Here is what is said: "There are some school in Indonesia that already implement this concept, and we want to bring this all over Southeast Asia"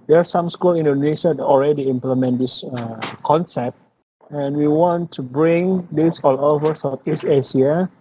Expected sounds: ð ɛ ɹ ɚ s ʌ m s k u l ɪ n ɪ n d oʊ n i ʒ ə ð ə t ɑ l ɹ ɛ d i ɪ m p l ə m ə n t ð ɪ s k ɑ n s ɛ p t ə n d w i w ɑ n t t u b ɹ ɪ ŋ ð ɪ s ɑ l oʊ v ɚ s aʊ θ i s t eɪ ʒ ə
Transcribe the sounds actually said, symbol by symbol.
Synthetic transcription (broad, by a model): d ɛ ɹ s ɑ m s k u l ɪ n n d oʊ n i ʃ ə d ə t ɑ l ɹ ɛ d i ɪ m p l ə m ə n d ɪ s k ɑ n s ɛ p t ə n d w i w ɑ n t t u b ɹ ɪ ŋ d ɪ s ɑ l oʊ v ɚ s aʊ f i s eɪ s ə